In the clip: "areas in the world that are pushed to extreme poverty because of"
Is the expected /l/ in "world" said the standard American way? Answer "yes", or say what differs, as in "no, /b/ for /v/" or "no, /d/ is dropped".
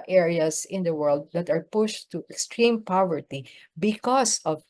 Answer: yes